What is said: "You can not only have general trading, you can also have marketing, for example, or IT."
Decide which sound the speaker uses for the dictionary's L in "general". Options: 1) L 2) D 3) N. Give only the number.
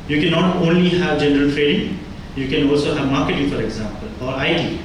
1